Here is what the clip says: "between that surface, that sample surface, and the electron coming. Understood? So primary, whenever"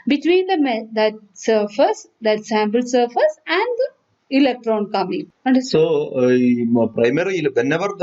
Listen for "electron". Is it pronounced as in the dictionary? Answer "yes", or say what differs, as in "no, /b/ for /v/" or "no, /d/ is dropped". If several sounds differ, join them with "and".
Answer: yes